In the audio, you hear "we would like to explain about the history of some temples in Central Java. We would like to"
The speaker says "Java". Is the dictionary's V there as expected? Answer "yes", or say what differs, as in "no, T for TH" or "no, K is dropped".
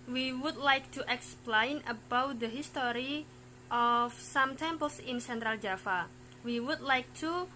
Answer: no, F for V